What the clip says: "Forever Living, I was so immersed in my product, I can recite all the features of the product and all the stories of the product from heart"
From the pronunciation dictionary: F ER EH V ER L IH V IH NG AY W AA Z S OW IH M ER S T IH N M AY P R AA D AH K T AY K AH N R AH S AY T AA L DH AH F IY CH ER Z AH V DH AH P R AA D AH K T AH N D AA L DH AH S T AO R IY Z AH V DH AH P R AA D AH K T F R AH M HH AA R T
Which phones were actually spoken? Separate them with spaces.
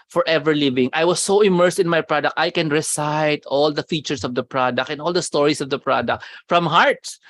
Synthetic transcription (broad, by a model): F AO EH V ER L IH V IH NG AY W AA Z S OW IH M ER S T IH N M AY P R AA D AH K T AY K AH N R AH S AY T AA L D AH F IY CH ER S AH V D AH P R AA D AH K T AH N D AA L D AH S T AO R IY S AH V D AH P R AA D AH K T F R AH M HH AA R T